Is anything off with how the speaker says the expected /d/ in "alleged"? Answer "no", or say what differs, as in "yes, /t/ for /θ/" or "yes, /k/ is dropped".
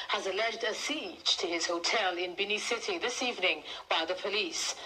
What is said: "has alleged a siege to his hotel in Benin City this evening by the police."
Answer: no